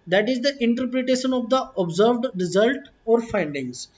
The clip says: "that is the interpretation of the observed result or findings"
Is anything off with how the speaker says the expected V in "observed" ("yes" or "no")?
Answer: no